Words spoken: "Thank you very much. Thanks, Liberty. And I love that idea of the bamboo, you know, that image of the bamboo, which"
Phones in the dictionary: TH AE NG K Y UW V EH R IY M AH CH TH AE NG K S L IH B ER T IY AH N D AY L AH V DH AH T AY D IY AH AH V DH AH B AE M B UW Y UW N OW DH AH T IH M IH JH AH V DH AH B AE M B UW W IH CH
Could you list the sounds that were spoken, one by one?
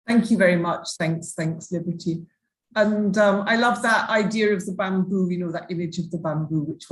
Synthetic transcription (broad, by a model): TH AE NG K Y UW V EH R IY M AH CH TH AE NG K S L IH B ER T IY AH N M AY L AH V DH AH T AY D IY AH AH V DH AH B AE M B UW Y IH N OW DH AH T IH M IH JH AH V DH AH B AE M B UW W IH CH